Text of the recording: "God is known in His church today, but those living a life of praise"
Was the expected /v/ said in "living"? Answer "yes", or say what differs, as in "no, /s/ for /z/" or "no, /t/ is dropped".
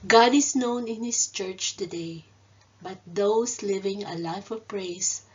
yes